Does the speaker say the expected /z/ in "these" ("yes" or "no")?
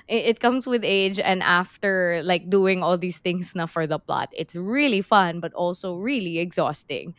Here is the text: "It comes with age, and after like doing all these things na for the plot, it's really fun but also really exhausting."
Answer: no